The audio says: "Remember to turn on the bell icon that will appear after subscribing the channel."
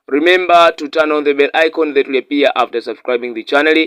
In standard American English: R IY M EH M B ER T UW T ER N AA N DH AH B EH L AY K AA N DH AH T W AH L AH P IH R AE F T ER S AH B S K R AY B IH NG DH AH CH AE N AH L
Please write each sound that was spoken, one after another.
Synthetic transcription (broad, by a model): R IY M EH M B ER T UW T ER N AA N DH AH B EH L AY K AA N DH AH T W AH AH P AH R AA F T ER S AH B S K R AY B IH NG DH AH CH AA N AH L